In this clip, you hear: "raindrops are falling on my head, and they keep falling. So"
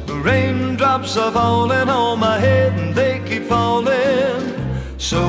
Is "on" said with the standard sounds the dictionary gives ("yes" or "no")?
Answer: no